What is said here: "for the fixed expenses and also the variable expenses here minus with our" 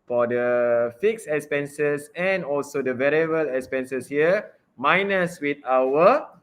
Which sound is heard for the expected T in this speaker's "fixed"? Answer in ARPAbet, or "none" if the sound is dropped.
none